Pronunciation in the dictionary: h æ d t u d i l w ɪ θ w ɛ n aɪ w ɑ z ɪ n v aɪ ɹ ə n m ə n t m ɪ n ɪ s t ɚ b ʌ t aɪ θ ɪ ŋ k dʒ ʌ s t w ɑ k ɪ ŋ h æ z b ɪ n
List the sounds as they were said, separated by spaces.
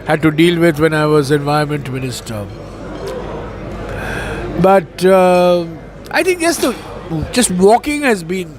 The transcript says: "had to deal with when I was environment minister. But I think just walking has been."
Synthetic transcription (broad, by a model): h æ d t u d i l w ɪ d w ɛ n aɪ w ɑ z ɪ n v aɪ ə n m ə n t m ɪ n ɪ s t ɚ b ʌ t aɪ t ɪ ŋ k dʒ ʌ s t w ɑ k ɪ ŋ h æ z b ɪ n